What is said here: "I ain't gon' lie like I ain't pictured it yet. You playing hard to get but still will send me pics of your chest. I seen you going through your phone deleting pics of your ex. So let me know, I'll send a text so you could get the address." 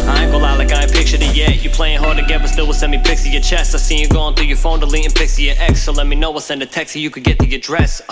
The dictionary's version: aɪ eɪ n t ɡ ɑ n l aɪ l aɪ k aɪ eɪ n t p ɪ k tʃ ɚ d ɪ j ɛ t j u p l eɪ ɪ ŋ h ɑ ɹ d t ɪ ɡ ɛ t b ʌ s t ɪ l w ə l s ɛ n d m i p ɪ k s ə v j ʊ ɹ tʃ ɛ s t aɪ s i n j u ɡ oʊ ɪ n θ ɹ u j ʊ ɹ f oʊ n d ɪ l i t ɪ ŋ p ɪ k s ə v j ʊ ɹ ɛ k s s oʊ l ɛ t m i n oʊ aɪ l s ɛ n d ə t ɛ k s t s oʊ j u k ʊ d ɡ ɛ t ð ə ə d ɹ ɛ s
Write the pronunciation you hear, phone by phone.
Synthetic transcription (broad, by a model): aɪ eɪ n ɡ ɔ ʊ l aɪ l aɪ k aɪ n p ɪ k tʃ ɚ d ɪ j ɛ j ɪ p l eɪ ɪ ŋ h ɑ ɹ d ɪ ɡ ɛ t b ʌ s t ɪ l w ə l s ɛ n m i p ɪ k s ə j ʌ ɹ tʃ ɛ s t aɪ s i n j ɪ ɡ oʊ ɪ n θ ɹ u j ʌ ɹ f oʊ n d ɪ l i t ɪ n p ɪ k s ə j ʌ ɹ ɛ k s s oʊ l ɛ t m i n oʊ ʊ w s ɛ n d ə t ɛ k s s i j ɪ k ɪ d ɡ ɛ t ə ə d ɹ ɛ s